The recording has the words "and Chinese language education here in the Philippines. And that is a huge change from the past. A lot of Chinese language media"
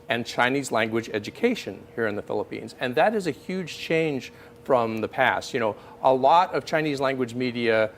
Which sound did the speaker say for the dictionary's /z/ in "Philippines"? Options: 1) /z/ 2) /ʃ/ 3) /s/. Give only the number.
1